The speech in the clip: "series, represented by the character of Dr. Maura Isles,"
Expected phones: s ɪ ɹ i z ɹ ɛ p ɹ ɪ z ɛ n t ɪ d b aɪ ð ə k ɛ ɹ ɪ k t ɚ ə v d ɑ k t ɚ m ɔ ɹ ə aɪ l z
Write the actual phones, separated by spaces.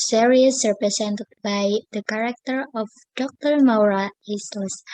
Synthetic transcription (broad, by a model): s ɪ ɹ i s ɹ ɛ p ɹ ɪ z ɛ n t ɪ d b aɪ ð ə k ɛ ɹ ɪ k t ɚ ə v d ɑ k t ɚ m ɔ ɹ ə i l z